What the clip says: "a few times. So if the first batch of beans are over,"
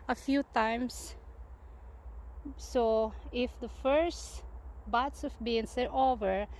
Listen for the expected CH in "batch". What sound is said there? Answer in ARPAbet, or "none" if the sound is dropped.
S